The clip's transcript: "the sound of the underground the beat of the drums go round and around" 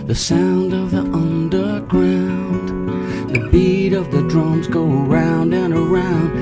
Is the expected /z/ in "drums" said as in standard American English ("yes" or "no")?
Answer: yes